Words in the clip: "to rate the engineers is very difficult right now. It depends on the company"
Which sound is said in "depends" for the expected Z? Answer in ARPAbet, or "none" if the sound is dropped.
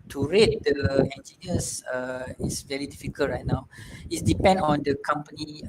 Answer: none